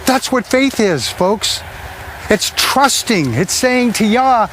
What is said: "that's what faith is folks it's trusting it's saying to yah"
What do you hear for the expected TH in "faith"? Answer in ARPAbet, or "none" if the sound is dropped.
TH